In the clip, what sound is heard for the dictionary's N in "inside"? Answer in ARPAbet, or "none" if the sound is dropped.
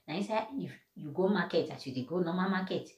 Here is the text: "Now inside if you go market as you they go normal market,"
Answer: none